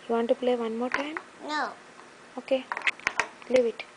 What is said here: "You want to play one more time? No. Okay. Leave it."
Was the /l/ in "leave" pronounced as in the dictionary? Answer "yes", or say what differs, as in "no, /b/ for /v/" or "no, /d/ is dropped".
yes